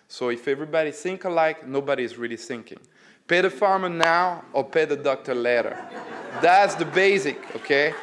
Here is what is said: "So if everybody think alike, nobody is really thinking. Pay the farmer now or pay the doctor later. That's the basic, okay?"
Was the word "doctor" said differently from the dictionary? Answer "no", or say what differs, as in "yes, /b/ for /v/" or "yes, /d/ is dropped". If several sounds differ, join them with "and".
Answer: no